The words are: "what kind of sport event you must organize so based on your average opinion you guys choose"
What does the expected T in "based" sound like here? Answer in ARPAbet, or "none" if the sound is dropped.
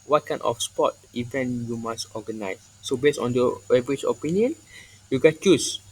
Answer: none